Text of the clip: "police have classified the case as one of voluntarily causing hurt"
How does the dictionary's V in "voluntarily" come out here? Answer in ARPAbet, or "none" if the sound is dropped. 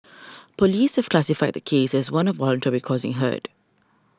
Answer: W